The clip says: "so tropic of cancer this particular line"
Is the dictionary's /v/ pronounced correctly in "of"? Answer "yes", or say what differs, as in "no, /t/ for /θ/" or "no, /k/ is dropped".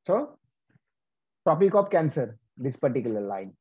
no, /p/ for /v/